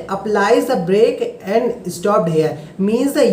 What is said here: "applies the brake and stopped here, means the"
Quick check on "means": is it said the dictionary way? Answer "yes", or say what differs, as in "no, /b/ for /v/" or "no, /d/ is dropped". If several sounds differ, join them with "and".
yes